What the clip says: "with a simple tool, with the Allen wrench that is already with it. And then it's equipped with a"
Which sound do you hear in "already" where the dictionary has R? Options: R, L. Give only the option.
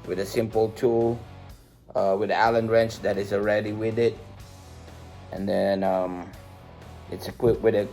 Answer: R